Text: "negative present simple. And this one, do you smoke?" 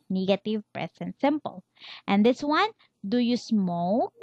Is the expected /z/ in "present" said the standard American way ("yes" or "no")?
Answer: no